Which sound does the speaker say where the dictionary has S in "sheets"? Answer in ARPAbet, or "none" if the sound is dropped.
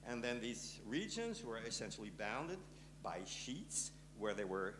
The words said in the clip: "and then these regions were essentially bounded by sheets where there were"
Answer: S